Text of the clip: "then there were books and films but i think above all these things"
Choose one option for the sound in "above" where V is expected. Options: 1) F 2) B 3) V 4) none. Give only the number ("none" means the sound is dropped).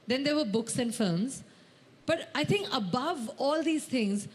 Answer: 3